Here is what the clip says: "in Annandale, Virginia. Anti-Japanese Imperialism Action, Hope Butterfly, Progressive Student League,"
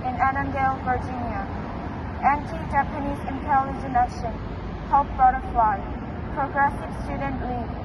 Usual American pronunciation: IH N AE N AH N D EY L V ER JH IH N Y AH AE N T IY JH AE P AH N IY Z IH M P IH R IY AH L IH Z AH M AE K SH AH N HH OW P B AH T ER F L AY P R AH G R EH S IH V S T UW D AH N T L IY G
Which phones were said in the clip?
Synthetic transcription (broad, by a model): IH N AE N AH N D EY L V ER JH IH N Y AH AE N T IY JH AE P AH N IY Z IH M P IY L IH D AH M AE SH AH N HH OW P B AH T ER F L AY P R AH G R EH S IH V S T UW D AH N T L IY